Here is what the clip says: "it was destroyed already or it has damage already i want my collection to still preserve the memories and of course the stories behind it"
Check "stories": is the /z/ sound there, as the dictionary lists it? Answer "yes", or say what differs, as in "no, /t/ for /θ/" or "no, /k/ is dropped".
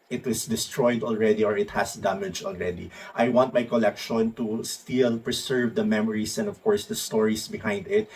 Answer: no, /s/ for /z/